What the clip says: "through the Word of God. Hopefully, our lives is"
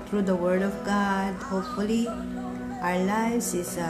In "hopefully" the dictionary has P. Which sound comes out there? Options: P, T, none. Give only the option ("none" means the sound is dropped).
P